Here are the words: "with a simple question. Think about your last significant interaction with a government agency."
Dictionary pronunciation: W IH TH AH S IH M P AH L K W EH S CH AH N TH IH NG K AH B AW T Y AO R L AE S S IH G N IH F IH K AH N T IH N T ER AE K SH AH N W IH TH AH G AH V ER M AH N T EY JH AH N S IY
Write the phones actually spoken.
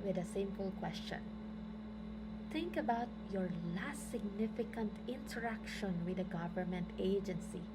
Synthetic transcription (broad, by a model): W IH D AH S IH M P AH L K W EH S CH AH N T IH NG K AH B AW T Y AO R L AE S S IH G N IH F IH K AH N T IH N T ER AE K SH AH N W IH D AH G AH V ER M AH N T EY JH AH N S IY